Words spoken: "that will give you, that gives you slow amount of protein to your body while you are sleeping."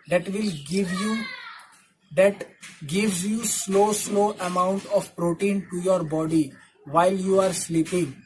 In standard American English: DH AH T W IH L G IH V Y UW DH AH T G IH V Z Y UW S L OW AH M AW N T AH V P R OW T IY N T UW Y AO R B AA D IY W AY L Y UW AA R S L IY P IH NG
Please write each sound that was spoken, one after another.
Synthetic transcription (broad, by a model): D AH T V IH L G IH V Y UW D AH T G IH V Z Y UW S L OW AH M AW N T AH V P R OW T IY N T UW Y AO R B AA D IY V AY L Y UW AA R S L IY P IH NG